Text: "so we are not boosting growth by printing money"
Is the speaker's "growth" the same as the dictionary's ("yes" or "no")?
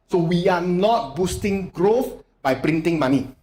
yes